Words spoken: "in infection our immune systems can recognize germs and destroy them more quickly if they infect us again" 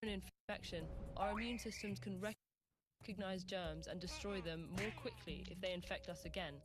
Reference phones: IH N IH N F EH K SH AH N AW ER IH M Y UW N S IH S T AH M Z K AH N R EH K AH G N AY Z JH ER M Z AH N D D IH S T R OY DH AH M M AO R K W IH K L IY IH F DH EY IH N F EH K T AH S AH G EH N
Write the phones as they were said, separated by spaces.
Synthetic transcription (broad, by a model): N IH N F EH K SH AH N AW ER IH M Y UW N S IH S T AH M Z K AH N R EH K AH G N AY Z JH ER M Z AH N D D IH S T R OY DH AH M M AO K W IH K L IY IH F DH EY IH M F EH K T AH S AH G EH N